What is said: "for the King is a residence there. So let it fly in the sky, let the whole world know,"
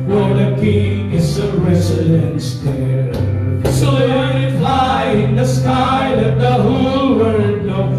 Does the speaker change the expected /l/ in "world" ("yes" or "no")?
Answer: yes